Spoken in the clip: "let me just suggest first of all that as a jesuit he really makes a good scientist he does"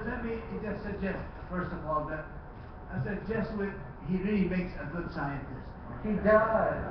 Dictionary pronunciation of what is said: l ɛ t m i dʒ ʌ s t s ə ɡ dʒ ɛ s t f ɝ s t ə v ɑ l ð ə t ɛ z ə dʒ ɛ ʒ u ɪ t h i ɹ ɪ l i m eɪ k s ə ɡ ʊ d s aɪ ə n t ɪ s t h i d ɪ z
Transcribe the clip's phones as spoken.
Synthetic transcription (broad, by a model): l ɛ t m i dʒ ʌ s t s ə ɡ dʒ ɛ s t f ɝ s t ə v ɑ l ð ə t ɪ s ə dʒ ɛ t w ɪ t h i ɹ ɪ l i m eɪ k s ə ɡ ʊ d s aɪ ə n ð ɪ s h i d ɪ